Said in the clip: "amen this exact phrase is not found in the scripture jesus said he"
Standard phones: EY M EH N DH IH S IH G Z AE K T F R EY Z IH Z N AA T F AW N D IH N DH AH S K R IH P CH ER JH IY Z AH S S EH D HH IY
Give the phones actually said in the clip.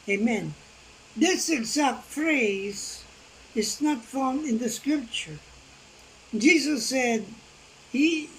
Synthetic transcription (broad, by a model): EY M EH N DH IH S IH G Z AE K T F R EY Z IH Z N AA T F AW N D IH N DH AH S K R IH P CH ER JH IY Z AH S S EH D HH IY